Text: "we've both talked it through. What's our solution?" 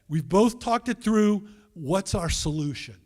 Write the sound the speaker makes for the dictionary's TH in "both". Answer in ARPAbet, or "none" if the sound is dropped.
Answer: TH